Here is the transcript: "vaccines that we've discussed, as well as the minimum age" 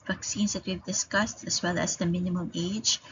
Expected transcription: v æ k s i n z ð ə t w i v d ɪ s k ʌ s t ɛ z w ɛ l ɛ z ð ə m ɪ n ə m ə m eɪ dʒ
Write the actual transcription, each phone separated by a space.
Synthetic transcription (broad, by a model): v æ k s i n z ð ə t w i v d ɪ s k ʌ s t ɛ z w ɛ l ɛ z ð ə m ɪ n ə m ə m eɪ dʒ